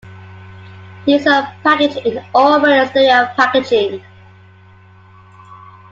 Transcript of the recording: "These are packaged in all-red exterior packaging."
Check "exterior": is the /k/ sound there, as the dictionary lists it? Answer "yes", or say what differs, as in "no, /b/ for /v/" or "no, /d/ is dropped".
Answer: no, /k/ is dropped